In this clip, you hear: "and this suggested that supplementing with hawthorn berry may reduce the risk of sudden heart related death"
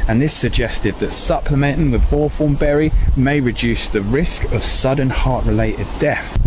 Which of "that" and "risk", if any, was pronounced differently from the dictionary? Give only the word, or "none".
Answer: none